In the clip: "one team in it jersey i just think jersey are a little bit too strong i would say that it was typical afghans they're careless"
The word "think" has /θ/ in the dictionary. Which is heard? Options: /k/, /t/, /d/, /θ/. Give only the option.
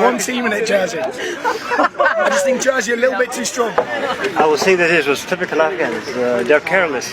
/θ/